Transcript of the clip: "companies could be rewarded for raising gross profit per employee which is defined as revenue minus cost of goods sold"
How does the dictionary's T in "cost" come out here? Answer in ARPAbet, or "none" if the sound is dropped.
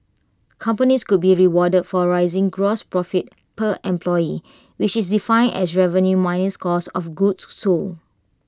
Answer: none